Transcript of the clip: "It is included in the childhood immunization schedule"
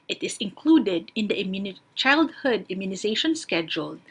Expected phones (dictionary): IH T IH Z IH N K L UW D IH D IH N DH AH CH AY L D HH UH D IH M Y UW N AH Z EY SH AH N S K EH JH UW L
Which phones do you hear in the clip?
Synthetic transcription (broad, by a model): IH T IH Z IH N K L UW D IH D IH N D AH CH AY L D HH UH D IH M Y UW N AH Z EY SH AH N S K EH JH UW L